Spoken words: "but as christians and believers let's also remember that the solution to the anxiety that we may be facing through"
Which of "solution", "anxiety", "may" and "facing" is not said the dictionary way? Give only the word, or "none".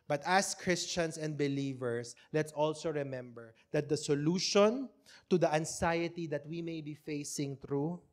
anxiety